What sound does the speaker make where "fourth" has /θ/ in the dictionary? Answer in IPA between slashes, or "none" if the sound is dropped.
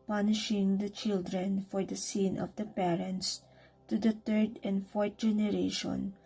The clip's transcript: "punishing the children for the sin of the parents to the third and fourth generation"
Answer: /t/